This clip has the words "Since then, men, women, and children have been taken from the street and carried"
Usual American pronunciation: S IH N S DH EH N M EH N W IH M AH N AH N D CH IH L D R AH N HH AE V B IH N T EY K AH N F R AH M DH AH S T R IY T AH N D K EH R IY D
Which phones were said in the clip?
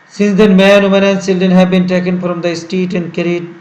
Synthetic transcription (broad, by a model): S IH N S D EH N M EH N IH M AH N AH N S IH L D AH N HH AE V B IH N T EY K AH N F R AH M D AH S T IY T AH N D K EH R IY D